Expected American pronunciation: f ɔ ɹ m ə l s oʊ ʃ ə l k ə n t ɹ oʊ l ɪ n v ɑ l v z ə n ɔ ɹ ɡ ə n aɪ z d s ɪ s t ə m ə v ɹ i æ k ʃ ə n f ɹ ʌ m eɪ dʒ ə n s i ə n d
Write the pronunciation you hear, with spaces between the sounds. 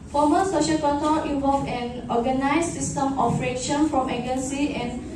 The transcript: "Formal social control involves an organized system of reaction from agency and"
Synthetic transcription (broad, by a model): f ɔ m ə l s oʊ ʃ ə l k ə t oʊ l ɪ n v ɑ l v ə n ɔ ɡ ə n aɪ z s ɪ s t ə m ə f ɹ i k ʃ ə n f ɹ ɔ m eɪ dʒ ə n s i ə n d